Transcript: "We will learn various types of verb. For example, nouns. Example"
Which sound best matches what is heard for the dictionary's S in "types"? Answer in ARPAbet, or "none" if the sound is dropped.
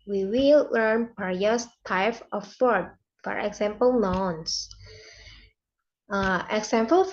none